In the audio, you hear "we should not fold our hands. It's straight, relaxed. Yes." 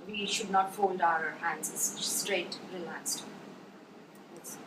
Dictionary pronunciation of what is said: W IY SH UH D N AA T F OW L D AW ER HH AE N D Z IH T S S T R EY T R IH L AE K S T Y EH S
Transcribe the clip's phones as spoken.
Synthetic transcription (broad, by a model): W IY SH UH D N AA T F OW L D AW ER HH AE N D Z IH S S T R EY T R IH L AE K S T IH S